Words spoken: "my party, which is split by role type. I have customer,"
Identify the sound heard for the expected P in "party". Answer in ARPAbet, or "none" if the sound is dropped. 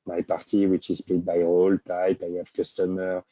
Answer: P